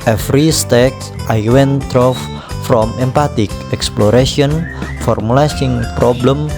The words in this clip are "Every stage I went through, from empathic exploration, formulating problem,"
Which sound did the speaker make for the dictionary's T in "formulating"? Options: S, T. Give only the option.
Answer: S